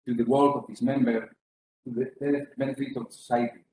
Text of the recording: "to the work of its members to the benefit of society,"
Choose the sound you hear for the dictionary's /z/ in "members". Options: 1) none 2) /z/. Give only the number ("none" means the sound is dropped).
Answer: 1